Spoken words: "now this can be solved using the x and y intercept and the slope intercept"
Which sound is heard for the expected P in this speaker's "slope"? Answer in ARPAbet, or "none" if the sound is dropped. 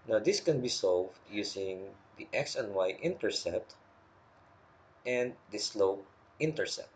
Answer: none